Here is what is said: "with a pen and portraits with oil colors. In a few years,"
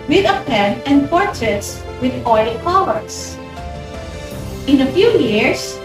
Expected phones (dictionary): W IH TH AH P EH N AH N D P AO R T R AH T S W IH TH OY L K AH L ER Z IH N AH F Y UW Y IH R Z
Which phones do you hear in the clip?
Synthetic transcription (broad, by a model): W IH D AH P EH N AH N D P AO R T R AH T S W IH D OY L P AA W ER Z IH N AH F Y UW Y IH R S